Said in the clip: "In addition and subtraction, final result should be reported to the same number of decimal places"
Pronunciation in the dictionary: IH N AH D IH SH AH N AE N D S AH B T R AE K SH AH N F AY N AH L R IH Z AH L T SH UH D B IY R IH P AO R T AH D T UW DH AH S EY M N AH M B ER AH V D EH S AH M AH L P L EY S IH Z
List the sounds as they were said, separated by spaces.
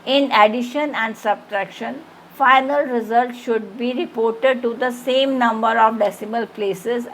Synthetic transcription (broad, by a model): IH N AH D IH SH AH N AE N D S AH B T R AE K SH AH N F AY N AH L R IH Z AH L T SH UH D B IY R IH P AO R T AH D T UW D AH S EY M N AH M B ER AH V D EH S AH M AH L P L EY S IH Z